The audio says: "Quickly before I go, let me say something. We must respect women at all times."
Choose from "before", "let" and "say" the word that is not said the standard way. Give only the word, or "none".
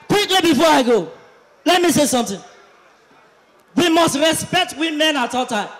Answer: none